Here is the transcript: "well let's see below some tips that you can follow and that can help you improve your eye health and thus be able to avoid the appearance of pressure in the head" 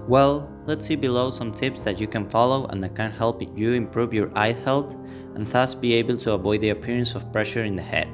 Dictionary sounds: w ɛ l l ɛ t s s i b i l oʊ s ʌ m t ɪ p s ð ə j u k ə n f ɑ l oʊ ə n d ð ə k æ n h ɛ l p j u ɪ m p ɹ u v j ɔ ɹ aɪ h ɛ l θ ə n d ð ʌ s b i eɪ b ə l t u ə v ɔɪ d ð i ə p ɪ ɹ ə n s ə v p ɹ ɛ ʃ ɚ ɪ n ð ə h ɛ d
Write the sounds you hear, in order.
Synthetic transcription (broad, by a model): w ɛ l l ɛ t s s i b i l oʊ s ʌ m t ɪ p s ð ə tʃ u k ə n f ɑ l oʊ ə n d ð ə k æ n h ɛ l p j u ɪ m p ɹ u v j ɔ ɹ aɪ h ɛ l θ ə n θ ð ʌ s b i eɪ b ə l t u ə v ɔɪ d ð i ə p ɪ ɹ ə n s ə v p ɹ ɛ ʃ ɚ ɪ n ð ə h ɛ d